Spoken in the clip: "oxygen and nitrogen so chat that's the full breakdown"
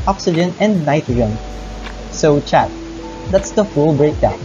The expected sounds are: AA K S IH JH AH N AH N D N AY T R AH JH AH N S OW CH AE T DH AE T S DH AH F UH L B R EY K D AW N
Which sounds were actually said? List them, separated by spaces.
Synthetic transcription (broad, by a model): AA K S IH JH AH N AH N N AY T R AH AH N S OW CH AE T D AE T S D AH F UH L B R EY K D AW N